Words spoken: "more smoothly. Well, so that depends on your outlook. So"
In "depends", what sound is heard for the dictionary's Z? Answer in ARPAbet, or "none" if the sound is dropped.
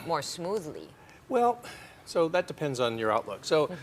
Z